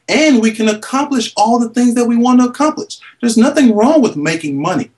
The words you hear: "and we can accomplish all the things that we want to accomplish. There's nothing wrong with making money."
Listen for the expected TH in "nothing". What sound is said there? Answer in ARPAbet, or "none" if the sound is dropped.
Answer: TH